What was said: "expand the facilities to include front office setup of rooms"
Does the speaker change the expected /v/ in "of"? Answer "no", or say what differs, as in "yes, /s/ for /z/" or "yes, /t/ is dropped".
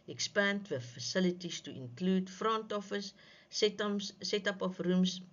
yes, /f/ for /v/